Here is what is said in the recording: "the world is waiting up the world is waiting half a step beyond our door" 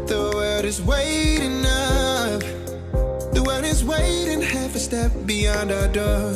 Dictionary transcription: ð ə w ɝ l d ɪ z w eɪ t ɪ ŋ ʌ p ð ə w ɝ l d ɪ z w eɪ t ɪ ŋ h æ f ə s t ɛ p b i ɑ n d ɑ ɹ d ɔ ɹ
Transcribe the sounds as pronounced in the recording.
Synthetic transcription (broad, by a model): ð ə w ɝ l d ɪ z w eɪ t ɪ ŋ ʌ f ð ə w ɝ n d ɪ z w eɪ t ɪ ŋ h æ f ə s t ɛ p b i ɑ n d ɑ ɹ d ɔ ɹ